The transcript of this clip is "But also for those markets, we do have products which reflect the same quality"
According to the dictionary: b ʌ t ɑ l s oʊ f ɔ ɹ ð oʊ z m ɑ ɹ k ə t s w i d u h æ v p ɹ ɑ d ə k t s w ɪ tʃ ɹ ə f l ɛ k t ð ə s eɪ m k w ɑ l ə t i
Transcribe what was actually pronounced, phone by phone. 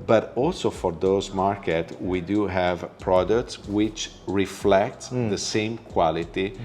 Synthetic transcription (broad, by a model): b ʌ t ɑ l s oʊ f ɔ ɹ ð oʊ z m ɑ ɹ k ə t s w i d u h æ v p ɹ ɑ d ə k t s w ɪ tʃ ɹ ə f l ɛ k t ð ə s eɪ m k w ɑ l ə t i